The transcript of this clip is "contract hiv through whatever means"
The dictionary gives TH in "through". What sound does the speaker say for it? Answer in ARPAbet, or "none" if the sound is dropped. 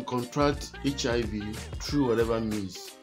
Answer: T